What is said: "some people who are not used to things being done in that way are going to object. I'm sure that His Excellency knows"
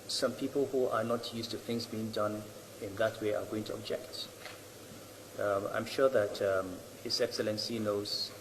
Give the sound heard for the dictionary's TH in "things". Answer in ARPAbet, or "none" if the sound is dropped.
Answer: TH